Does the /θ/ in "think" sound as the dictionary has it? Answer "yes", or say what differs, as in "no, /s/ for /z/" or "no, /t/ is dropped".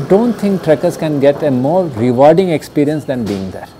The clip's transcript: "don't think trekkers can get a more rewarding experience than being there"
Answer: no, /t/ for /θ/